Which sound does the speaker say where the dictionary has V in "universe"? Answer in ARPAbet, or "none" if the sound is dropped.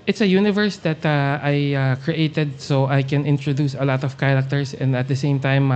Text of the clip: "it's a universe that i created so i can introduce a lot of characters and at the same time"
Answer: V